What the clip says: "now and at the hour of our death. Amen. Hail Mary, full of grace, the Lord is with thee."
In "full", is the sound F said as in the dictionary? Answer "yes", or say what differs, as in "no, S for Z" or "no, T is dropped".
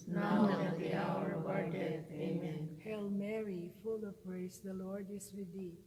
yes